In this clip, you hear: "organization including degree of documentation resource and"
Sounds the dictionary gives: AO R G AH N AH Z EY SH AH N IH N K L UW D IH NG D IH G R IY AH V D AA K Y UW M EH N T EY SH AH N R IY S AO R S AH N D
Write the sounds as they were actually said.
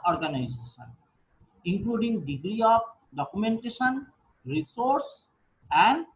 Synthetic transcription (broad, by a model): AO R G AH N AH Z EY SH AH N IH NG K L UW D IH NG D IH G R IY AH P D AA K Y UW M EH N T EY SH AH N R IY S AO R S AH N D